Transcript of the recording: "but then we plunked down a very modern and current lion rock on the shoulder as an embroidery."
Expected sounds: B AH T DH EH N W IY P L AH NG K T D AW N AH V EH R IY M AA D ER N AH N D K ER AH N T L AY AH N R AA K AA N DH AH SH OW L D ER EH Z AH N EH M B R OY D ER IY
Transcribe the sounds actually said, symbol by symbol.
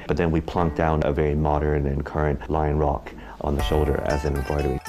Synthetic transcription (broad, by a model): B AH T DH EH N W IY P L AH NG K D AW N AH V EH R IY M AA D ER N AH N K ER AH N T L AY AH N R AA K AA N DH AH SH OW L D ER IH Z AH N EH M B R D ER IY